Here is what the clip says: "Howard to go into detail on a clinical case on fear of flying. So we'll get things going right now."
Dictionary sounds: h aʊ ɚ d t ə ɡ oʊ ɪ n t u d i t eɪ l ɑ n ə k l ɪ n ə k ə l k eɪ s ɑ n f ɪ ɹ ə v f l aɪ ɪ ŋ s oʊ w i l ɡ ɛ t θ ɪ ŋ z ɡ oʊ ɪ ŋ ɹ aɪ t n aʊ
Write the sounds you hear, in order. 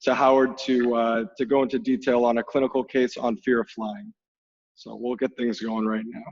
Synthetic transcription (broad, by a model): h aʊ ɚ d t ə ɡ oʊ ɪ n t u d i t eɪ l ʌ n ə k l ɪ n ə k l k eɪ s n f ɪ ɹ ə f l aɪ ɪ ŋ s oʊ w i l ɡ ɛ t θ ɪ ŋ z ɡ oʊ ɪ ŋ ɹ aɪ t n aʊ